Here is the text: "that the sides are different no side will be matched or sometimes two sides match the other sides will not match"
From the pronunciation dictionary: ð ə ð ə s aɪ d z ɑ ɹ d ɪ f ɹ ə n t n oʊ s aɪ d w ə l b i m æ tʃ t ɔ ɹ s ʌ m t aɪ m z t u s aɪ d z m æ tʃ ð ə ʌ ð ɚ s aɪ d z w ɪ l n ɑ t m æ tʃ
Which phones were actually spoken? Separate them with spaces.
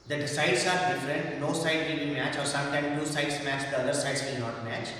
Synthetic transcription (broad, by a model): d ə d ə s aɪ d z ɑ ɹ d ɪ f ɹ ə n t n oʊ s aɪ d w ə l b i m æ tʃ ɔ ɹ s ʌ m t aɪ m t u s aɪ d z m æ tʃ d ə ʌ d ɚ s aɪ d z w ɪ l n ɑ t m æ tʃ